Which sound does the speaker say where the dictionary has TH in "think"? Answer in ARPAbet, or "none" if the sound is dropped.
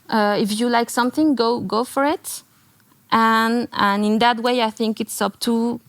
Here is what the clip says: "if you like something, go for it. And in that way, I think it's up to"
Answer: TH